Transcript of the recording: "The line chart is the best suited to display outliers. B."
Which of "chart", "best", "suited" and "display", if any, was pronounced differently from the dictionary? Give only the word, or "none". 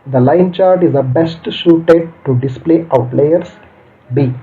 suited